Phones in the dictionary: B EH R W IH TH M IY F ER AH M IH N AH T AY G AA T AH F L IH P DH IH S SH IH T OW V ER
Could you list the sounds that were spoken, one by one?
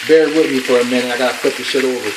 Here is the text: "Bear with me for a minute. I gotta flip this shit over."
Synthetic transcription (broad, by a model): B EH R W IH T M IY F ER AH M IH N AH IH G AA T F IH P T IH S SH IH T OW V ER